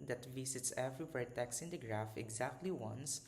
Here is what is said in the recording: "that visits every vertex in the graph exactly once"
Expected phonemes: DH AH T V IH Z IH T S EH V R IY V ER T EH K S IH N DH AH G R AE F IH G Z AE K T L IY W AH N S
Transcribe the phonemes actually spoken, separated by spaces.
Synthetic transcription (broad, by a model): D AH T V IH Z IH T S EH V R IY W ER T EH K S IH N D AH G R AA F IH G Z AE K T L IY W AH N S